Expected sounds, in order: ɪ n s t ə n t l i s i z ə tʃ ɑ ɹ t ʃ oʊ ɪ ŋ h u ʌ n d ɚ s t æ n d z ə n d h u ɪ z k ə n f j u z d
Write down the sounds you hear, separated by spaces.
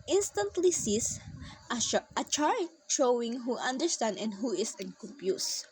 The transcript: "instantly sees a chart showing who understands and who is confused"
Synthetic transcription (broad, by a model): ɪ n s t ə n t l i s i s ə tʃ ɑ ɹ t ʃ oʊ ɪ ŋ h u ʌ n d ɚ s t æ n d ə n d h u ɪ s k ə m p j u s